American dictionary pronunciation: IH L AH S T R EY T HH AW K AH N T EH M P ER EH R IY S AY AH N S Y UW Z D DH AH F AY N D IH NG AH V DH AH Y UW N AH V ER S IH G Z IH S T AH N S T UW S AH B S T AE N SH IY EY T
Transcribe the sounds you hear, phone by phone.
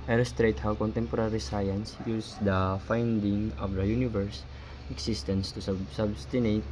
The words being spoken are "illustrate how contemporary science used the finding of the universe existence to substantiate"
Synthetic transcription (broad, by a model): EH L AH S T R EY T HH AW K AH N T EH M P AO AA R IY S AY AH N S Y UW S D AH F AY N D IH NG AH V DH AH Y UW N AH V ER S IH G S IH S T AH N S T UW S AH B S T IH N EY T